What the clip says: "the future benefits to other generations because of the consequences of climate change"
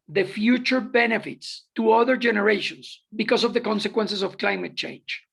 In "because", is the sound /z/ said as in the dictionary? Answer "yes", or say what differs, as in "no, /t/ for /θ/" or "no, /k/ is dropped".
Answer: no, /s/ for /z/